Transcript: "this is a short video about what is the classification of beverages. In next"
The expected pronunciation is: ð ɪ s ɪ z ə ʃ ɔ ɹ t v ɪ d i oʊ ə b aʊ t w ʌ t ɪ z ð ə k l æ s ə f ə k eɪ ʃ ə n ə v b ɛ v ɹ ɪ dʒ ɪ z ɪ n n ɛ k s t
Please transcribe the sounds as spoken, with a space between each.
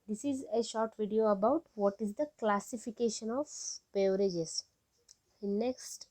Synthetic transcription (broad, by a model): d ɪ s ɪ z ə ʃ ɔ ɹ t v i d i oʊ ə b aʊ t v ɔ t ɪ z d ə k l æ s ə f ə k eɪ ʃ ə n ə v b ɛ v ɪ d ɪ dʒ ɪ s n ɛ k s t